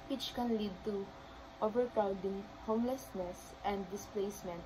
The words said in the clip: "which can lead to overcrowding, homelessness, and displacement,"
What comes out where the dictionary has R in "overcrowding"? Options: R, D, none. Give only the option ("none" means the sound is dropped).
none